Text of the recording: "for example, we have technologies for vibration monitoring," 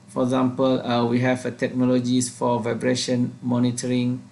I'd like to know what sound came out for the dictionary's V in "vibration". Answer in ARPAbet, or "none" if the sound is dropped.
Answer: V